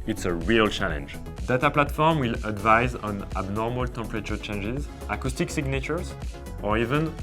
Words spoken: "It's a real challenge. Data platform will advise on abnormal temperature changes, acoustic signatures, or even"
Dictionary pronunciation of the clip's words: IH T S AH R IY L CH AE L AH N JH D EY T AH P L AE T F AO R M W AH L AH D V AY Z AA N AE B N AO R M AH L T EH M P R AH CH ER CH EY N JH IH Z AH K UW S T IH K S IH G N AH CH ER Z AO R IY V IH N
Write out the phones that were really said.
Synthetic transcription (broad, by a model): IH T S AH R IY L CH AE L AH N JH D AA T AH P L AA T F AO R M W AH L AH D V AY Z AA N AE B N AO R M AH L T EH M P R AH CH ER CH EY N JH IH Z AH K UW S T IH K S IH G N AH CH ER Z AO R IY V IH N